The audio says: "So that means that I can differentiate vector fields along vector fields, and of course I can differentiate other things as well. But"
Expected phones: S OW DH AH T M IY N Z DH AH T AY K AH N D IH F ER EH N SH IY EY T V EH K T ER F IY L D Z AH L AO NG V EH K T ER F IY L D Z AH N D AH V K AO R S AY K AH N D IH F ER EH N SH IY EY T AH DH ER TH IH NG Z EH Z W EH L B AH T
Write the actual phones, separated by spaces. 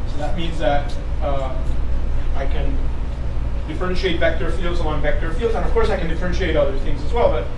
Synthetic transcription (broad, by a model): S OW DH AH T M IY N Z DH AH T AY K AH N D IH F ER EH N SH IY EY T V EH K T ER F IY L D Z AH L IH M V EH K T ER F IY L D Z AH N AH V K AO R S AY K N D IH F ER EH N SH IY EY T AH DH ER TH IH NG Z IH Z W EH L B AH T